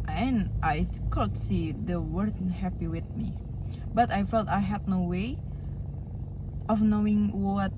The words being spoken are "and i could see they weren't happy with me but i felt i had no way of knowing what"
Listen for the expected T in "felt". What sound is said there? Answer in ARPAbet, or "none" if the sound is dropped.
T